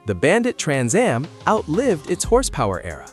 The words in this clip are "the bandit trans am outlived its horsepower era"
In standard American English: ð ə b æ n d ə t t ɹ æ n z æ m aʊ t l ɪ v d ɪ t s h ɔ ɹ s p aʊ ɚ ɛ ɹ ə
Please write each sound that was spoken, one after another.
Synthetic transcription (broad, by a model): ð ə b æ n d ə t t ɹ æ n z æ m aʊ t l ɪ v d ɪ t s h ɔ ɹ s p aʊ ɚ ɛ ɹ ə